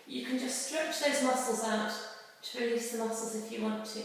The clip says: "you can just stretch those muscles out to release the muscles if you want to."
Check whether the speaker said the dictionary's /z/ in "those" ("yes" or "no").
yes